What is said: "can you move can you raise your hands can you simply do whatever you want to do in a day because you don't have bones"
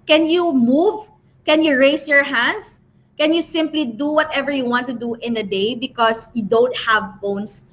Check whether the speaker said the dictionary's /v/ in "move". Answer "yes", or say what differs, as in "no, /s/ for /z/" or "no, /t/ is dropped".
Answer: yes